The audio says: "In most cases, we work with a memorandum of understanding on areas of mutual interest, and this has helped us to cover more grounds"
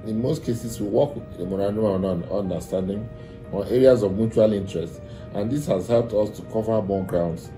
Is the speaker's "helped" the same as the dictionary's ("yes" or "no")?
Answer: yes